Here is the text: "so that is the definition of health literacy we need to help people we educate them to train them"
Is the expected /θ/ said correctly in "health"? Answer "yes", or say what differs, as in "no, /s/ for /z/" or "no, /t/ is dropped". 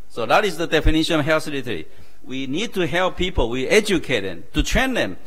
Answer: no, /s/ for /θ/